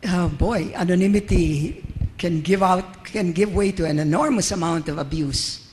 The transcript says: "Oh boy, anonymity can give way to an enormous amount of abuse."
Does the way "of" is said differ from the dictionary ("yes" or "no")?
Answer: no